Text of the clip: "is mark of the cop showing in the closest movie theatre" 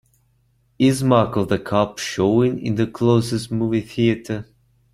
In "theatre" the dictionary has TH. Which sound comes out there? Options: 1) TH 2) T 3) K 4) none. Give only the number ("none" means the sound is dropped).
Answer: 1